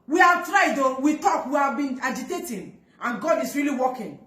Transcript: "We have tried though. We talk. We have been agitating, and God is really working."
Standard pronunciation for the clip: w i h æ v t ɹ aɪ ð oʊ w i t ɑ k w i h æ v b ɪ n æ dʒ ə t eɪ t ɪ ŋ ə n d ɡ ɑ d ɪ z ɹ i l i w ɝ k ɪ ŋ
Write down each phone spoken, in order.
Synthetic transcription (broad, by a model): w i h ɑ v t ɹ aɪ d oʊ w i t ɑ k w i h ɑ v b ɪ n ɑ dʒ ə t eɪ t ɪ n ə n ɡ ɑ d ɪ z ɹ i l i w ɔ k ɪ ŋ